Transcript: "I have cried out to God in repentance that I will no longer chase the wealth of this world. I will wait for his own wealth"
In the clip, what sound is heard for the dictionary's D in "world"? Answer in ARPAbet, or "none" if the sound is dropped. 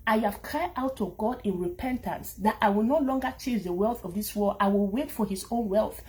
none